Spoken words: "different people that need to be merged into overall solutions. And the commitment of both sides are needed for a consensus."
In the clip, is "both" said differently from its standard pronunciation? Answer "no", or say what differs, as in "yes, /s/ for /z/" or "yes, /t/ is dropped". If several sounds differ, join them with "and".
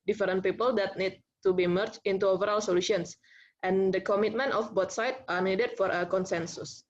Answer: yes, /t/ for /θ/